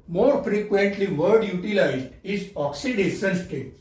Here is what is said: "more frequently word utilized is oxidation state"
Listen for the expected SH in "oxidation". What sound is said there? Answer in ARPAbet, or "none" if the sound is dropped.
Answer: S